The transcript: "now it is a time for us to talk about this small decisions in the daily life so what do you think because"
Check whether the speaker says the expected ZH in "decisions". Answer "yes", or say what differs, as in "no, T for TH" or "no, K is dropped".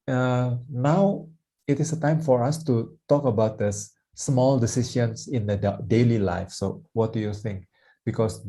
no, SH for ZH